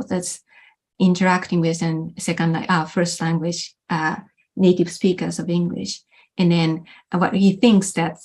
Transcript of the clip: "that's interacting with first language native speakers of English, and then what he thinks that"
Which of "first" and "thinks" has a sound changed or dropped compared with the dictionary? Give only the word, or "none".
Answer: none